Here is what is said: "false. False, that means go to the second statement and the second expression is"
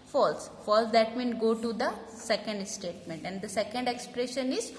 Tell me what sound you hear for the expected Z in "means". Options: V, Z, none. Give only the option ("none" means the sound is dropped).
none